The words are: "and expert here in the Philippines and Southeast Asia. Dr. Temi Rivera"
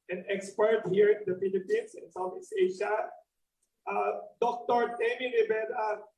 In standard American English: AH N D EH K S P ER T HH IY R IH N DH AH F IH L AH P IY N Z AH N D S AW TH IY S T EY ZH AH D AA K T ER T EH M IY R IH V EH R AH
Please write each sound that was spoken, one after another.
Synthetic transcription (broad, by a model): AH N EH K S P ER T HH IY R IH N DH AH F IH L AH P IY N S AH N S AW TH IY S EY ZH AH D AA K T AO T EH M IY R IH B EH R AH